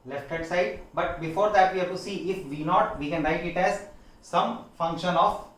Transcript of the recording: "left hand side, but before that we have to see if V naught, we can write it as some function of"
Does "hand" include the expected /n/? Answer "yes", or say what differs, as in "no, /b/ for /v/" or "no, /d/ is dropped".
no, /n/ is dropped